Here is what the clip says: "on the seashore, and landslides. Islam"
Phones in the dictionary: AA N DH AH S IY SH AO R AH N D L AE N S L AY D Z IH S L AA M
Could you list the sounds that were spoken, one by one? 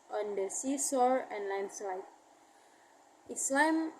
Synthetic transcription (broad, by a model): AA N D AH S IY S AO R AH N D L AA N S AY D IH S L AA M